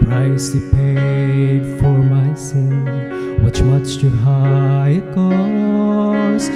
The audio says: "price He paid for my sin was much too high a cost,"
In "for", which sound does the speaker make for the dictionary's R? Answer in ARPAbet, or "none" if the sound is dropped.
R